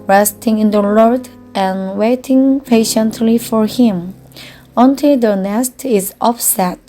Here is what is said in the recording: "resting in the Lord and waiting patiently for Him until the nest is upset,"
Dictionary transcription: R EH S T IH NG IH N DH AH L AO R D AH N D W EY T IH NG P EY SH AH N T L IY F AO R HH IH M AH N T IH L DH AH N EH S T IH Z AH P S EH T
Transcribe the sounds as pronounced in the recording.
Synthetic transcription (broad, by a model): R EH S T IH NG IH N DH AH L AO R D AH N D W EY T IH NG P EY SH AH N T L IY F AO R HH IH M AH N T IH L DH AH N EH S T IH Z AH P S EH T